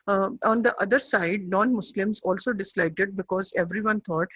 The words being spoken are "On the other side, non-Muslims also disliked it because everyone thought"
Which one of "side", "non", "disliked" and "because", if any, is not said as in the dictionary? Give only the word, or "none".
none